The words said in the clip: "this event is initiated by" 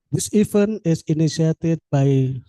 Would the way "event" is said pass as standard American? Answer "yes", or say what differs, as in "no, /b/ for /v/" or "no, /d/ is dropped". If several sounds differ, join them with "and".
no, /t/ is dropped